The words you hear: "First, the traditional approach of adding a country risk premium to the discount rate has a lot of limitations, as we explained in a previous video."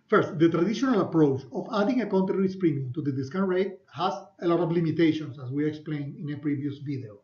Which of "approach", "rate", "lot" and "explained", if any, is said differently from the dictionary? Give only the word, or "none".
explained